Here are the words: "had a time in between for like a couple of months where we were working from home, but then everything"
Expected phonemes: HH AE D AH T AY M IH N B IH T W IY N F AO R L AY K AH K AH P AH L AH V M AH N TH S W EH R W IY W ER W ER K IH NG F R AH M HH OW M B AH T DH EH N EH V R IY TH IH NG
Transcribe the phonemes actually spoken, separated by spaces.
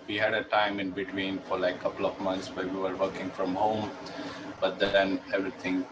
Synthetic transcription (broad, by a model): HH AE D AH T AY M IH N B IH T W IY N F AO R L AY AH K AH P AH L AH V M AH N T S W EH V IY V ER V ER K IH NG F R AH M HH OW M B AH T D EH N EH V R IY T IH NG